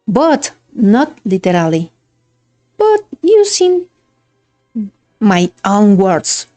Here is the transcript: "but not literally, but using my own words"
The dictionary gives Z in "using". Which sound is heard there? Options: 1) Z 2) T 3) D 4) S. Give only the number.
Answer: 4